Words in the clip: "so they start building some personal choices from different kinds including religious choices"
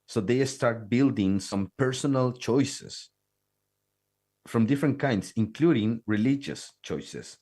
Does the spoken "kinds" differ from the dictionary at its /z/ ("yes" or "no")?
yes